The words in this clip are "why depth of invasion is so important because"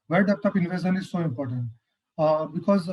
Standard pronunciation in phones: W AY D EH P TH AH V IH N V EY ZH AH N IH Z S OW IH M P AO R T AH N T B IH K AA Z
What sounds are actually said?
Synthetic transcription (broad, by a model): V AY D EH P T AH P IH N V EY SH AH N IH Z S OW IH M P AO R T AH N T B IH K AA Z